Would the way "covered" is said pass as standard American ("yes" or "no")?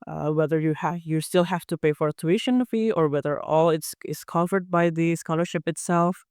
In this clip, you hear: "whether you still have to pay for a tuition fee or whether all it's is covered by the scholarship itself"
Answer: no